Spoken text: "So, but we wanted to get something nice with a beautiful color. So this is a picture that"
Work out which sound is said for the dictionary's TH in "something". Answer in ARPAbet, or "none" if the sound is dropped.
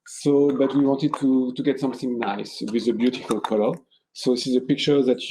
TH